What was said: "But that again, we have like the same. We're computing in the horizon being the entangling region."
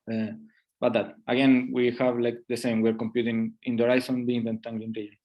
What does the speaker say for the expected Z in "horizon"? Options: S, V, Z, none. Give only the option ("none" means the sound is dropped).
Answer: S